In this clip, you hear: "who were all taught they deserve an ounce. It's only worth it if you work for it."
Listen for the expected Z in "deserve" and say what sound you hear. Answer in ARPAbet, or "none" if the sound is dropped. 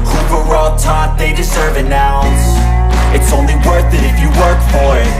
Z